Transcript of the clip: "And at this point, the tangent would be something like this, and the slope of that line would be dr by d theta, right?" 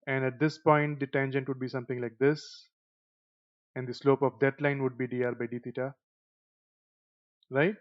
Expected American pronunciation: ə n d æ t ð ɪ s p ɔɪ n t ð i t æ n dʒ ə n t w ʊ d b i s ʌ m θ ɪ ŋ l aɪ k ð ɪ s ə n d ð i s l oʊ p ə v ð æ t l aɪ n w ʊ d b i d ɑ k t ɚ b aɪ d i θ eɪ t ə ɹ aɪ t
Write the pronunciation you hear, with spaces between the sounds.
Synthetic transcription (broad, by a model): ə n d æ t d ɪ s p ɔɪ n t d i t æ n dʒ ə n t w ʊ d b i s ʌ m t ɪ ŋ l aɪ k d ɪ s ə n d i s l oʊ p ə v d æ t l aɪ n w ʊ d b i d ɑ t b aɪ d i t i t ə ɹ aɪ t